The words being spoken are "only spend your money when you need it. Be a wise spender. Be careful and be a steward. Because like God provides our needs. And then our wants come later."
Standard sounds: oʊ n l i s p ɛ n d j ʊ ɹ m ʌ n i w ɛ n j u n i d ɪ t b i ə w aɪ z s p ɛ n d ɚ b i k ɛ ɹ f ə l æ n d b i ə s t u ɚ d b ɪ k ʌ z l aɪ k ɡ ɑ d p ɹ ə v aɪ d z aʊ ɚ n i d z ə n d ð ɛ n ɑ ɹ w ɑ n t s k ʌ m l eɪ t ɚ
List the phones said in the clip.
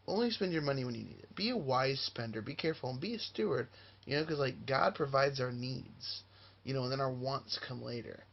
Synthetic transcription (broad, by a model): oʊ n l i s p ɛ n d j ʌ ɹ m ʌ n i w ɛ n j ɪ n i d ɪ t b i ə w aɪ z s p ɛ n d ɚ b i k ɛ ɹ f l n b i ə s t u ɚ d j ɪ k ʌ z l aɪ k ɡ ɑ d p ɹ ə v aɪ d z aʊ ɚ n i d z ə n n ð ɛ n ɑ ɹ w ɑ n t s k ʌ m l eɪ t ɚ